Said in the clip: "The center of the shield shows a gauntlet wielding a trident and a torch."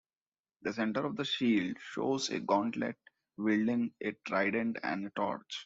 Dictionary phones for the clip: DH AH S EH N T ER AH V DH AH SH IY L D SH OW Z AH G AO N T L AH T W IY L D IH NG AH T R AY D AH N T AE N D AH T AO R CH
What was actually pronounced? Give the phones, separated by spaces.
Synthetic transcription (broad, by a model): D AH S EH N T ER AH V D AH SH IY L D SH OW Z AH G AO N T L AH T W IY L D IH NG AH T R AY D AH N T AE N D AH T AO R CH